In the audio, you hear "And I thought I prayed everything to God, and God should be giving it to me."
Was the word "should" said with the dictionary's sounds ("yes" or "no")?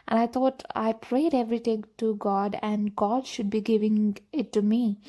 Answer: yes